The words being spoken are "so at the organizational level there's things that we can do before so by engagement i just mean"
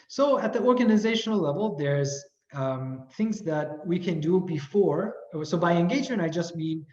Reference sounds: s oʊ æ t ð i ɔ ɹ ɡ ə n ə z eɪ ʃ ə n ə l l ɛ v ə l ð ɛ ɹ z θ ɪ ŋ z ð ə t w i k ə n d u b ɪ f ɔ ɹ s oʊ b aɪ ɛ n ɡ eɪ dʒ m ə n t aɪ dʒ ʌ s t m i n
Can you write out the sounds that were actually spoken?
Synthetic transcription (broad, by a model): s oʊ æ t ð i ɔ ɹ ɡ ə n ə z eɪ ʃ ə n l l ɛ v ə l ð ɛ ɹ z θ ɪ ŋ z ð ə t w i k ə n d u b ɪ f ɔ ɹ s oʊ b aɪ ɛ n ɡ eɪ dʒ ə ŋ aɪ dʒ ʌ s t m i n